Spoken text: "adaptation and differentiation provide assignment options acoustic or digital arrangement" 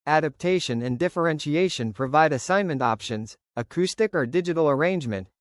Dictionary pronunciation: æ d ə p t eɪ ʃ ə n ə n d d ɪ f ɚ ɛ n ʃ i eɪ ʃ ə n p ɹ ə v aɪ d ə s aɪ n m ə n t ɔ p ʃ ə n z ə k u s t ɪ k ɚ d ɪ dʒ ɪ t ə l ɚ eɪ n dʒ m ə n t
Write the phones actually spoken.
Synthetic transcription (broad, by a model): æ d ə p t eɪ ʃ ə n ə n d d ɪ f ɚ ɛ n ʃ i eɪ ʃ ə n p ɹ ə v aɪ d ə s aɪ n m ə n t ɔ p ʃ ə n z ə k u s t ɪ k ɚ d ɪ dʒ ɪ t l ɚ eɪ n dʒ m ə n t